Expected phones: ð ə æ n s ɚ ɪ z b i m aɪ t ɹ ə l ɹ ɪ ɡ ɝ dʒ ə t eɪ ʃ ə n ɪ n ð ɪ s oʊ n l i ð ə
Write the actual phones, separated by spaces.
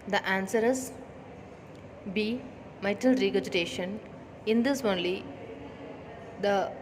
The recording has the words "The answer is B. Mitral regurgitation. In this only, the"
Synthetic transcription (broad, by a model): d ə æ n s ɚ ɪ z b i m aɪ t ə l ɹ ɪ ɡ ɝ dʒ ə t eɪ ʃ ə n ɪ n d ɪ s oʊ n l i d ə